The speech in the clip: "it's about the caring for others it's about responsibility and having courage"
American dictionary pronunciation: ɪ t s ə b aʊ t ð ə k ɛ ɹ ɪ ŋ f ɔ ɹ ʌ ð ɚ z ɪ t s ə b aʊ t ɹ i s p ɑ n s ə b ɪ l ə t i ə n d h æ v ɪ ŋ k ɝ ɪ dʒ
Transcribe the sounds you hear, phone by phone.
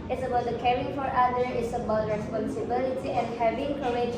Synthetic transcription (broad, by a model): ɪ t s ə b aʊ t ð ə k ɛ ɹ ɪ ŋ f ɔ ɹ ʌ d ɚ ɪ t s ə b aʊ t ɹ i s p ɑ n s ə b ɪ l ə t i ə n d h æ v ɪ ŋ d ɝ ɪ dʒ